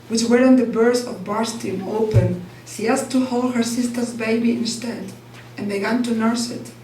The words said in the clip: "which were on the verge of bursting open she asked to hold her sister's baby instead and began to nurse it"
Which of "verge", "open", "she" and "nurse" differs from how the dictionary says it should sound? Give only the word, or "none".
verge